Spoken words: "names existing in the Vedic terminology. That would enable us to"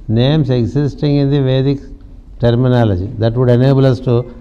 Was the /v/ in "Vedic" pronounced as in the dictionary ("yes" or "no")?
yes